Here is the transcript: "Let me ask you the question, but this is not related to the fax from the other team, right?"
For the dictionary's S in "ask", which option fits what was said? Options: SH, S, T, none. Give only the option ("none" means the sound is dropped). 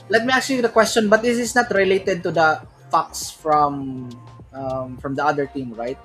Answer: none